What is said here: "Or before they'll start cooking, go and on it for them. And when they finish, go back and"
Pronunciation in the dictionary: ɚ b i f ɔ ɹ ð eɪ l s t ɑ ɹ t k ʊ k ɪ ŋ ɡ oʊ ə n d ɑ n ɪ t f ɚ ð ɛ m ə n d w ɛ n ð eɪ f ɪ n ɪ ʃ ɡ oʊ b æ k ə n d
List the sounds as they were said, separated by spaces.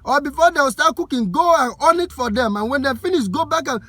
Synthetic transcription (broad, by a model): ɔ b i f ɔ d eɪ w s t ɑ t k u k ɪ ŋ ɡ oʊ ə n ɑ n ɪ t f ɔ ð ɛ m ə n w ɛ n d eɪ f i n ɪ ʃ ɡ oʊ b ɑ k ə n